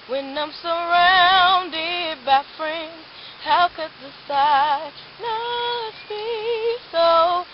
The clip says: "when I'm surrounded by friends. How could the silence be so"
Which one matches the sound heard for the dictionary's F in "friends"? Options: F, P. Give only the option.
F